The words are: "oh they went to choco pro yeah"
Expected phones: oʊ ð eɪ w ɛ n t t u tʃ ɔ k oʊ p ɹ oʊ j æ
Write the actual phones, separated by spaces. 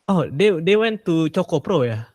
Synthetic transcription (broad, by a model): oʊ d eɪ w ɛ n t t u tʃ ɔ k oʊ p ɹ oʊ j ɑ